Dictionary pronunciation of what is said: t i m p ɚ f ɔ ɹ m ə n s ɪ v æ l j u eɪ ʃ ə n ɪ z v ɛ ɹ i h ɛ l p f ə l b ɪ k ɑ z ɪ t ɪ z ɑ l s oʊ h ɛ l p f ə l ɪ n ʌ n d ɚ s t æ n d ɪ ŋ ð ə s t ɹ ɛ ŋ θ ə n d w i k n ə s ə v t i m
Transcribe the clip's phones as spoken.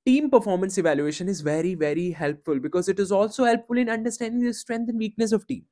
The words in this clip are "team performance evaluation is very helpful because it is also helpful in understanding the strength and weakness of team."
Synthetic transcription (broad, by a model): t i m p ɚ f ɔ ɹ m ə n s ɪ v æ l j u eɪ ʃ ə n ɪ z v ɛ ɹ i h ɛ l p f ə l b ɪ k ɑ z ɪ t ɪ z ɑ l s oʊ h ɛ l p f ə l ɪ n ʌ n d ɚ s t æ n d ɪ ŋ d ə s t ɹ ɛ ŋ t ə n d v i k n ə s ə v t i m